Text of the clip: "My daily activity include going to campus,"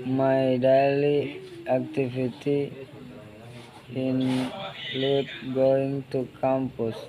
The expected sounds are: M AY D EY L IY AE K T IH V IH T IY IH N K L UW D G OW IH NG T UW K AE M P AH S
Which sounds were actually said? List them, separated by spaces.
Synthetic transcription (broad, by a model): M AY D EY L IY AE K T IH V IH T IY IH N L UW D G OW IH NG T UW K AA M P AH S